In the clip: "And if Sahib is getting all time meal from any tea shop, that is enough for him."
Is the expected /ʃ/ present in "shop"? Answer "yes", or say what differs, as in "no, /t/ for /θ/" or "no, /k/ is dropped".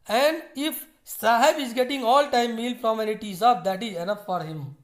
no, /s/ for /ʃ/